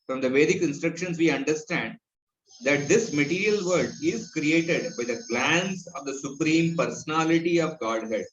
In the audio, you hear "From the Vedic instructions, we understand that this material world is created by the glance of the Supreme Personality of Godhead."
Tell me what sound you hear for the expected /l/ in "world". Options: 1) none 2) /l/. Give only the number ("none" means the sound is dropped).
1